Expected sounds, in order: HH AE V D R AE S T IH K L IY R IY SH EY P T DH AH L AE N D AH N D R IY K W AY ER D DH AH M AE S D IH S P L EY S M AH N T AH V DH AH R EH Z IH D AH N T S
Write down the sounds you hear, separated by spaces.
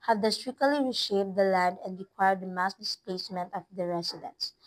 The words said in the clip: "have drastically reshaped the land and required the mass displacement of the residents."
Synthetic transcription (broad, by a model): HH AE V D AH S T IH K L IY R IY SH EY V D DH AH L AE N D AH N D R IY K W AY ER D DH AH M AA S D IH S P L EY S M AH N T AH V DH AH R EH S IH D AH N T S